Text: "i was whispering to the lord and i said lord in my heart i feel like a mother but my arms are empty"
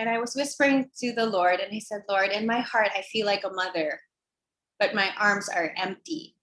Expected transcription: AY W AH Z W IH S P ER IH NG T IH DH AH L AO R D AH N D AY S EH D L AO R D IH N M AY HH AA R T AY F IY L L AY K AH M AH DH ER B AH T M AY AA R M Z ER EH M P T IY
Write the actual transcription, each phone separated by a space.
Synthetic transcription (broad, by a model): AY W AH Z W IH S P ER IH NG T IH DH AH L AO R D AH N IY S EH D L AO R D IH N M AY HH AA R T AY F IY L L AY K AH M AH DH ER B AH T M AY AA R M Z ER EH M P T IY